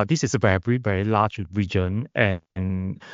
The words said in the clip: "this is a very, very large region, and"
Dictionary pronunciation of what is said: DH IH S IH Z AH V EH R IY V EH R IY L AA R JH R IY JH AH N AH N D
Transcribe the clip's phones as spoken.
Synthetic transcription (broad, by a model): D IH S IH S AH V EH R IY V EH R IY L AA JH R IY JH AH N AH N